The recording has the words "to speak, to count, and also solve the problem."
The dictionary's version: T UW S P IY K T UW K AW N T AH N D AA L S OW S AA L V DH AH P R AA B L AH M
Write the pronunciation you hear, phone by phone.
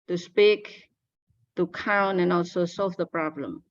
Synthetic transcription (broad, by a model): T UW S P IY K T UW K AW N AH N AA L S OW S AA L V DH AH P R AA B L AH M